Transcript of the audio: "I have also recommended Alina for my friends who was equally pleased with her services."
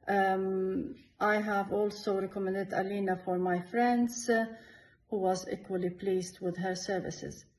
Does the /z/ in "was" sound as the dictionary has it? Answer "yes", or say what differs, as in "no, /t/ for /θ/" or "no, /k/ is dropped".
yes